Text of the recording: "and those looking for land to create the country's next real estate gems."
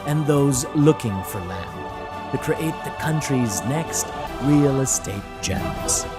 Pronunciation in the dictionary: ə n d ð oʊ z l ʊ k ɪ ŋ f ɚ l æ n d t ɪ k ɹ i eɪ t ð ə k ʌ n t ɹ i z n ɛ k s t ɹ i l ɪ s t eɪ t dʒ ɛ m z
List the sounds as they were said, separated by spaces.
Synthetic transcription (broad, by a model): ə n ð oʊ z l ʊ k ɪ ŋ f ɚ l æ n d t ɪ k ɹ i eɪ t ð ə k ʌ n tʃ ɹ i z n ɛ k s t ɹ i l ɪ s t eɪ t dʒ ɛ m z